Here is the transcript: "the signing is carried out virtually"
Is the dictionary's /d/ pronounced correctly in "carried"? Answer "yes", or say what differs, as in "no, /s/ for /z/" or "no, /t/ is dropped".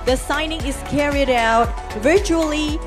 yes